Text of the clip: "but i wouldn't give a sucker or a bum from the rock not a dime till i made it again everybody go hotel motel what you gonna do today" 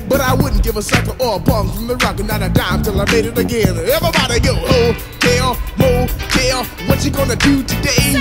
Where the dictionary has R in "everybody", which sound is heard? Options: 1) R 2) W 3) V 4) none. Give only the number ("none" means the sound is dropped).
4